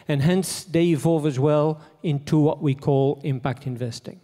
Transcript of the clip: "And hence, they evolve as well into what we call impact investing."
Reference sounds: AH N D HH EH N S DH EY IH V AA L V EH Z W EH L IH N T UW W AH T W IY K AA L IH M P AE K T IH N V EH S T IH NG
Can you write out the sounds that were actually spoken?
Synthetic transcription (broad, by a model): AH N HH EH N S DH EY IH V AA V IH Z W EH L IH N T UW W AH T W IY K AA L IH M P AE K T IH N V EH S T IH NG